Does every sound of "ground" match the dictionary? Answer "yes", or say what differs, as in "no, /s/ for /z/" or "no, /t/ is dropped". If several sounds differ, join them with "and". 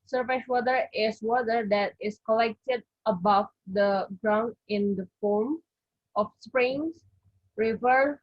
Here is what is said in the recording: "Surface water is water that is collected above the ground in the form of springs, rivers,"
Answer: yes